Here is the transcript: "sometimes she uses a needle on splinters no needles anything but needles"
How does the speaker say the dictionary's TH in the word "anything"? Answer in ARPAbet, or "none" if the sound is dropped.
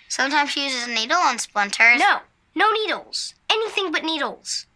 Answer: TH